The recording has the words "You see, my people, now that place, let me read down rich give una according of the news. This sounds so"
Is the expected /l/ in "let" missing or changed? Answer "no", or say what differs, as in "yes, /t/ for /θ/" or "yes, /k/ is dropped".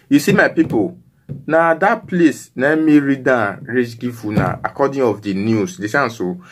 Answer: yes, /n/ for /l/